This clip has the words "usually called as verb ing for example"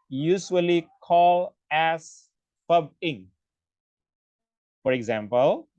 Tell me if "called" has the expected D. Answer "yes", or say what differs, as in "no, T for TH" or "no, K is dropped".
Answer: no, D is dropped